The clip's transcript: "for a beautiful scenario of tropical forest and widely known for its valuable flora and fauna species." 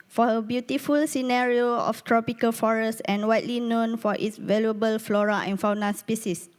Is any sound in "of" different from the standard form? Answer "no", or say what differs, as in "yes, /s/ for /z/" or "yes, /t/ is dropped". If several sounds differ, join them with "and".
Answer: yes, /f/ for /v/